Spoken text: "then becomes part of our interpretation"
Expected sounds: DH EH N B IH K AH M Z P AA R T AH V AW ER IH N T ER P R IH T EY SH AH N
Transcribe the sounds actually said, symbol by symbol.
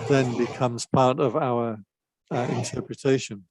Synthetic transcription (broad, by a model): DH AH N B IH K AH M Z P AA R T AH V AW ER IH N T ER P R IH T EY SH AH N